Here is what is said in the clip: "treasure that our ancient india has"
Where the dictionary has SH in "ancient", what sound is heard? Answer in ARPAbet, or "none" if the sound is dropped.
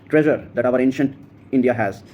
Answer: SH